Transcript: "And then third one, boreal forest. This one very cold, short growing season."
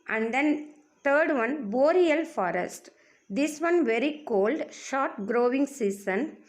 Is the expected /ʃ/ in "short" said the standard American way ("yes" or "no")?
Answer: yes